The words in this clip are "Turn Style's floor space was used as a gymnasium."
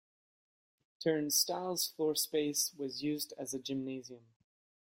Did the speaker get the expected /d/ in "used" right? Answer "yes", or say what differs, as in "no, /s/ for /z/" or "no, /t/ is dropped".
yes